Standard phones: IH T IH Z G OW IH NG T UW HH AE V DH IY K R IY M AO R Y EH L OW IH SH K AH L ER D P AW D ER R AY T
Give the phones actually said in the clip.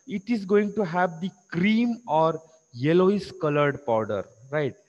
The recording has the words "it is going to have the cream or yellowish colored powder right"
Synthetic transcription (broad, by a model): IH T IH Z G OW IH NG T UW HH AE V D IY K R IY M AO R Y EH L OW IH S K AH L ER D P AW D ER R AY T